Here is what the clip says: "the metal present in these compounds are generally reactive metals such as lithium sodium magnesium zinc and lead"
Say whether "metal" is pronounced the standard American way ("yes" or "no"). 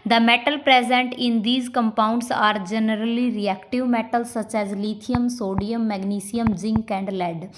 yes